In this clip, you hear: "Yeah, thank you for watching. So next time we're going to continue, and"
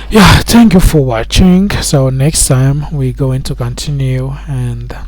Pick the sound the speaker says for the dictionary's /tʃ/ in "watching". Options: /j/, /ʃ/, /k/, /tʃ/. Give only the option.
/tʃ/